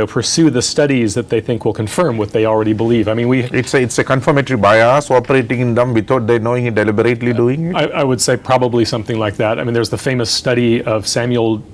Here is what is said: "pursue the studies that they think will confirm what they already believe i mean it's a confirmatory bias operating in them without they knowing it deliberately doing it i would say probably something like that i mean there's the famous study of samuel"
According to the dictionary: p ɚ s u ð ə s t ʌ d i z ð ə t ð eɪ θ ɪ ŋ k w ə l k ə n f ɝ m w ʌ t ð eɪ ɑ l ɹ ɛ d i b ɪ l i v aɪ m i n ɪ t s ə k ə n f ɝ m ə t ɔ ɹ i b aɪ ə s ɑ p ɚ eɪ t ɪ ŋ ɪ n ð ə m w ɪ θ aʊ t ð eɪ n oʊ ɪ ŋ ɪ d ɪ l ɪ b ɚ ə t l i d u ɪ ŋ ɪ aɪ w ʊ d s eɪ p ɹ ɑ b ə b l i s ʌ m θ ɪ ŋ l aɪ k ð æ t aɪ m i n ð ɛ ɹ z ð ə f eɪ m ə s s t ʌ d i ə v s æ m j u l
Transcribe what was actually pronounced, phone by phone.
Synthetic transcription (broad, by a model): p ɚ s u ð ə s t ʌ d i z ð ə t ð eɪ θ ɪ ŋ k w ə l k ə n f ɝ m w ʌ t ð eɪ ɑ l ɹ ɛ d i b ɪ l i v aɪ m i n ɪ t s ə k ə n f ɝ m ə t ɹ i b aɪ ə s ɑ p ɚ eɪ t ɪ ŋ ɪ n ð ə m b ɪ t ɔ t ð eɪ n oʊ ɪ ŋ ɪ d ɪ l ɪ b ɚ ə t l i d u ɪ ŋ ɪ aɪ w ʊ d s eɪ p ɹ ɑ b ə b l i s ʌ m θ ɪ ŋ l aɪ k ð æ t aɪ m i n ð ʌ ɹ z ð ə f eɪ m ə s s t ʌ d i ə v s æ m j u l